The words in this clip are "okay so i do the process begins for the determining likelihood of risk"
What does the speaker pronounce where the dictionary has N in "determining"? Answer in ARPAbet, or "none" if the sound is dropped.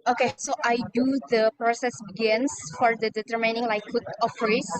N